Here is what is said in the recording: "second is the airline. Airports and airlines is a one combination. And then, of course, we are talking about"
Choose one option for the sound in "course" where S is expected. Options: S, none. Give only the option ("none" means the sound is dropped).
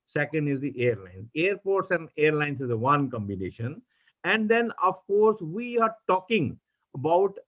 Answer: S